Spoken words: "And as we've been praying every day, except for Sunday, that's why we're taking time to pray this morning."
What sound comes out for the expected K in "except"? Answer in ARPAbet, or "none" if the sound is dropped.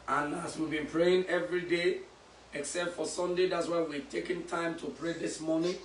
K